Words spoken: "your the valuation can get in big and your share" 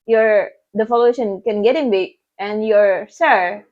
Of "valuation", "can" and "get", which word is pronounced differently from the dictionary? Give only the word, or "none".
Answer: valuation